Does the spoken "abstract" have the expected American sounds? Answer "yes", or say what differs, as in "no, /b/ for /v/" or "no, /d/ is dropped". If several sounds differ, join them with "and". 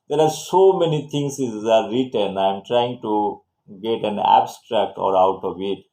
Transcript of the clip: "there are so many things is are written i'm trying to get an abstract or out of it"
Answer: yes